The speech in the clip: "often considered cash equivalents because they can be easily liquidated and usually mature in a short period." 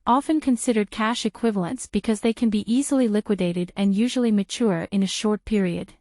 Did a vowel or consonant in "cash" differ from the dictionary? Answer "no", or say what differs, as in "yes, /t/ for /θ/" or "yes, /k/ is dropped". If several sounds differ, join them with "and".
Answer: no